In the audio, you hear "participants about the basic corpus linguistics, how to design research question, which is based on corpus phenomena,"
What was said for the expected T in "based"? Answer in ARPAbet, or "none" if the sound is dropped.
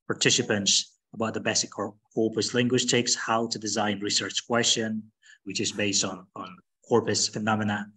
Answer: T